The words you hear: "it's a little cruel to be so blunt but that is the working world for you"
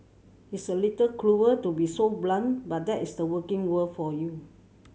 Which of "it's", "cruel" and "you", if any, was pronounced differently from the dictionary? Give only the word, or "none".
cruel